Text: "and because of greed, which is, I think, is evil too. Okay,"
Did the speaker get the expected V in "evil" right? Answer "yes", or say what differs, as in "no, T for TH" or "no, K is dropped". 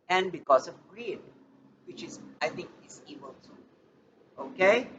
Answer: no, B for V